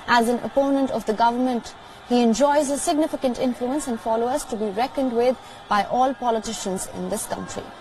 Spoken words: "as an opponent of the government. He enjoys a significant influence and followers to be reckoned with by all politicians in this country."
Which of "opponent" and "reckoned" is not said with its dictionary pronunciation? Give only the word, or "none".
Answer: none